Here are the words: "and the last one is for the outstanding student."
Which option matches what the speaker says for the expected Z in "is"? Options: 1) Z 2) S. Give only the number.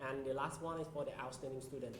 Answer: 2